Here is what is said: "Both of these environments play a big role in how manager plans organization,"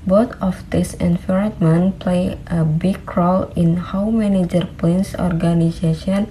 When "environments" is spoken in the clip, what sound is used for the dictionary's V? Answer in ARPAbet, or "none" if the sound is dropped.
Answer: F